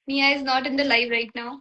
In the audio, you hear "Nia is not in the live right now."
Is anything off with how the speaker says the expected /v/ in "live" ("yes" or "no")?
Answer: yes